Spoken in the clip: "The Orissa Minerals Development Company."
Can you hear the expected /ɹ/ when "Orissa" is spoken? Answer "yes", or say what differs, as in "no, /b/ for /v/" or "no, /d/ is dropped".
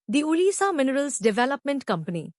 no, /l/ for /ɹ/